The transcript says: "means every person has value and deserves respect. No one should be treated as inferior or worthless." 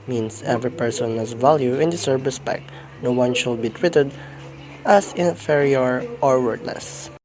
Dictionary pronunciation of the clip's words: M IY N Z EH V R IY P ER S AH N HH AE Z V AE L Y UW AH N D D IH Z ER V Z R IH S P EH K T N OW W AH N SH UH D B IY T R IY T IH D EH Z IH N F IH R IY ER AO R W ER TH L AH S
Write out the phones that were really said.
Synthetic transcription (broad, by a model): M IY N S EH V R IY P ER S AH N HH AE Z V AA L Y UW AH N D D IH S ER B R IH S P EH K T N OW W AH N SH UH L B IY T W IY T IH D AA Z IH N F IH R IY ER AO R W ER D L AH S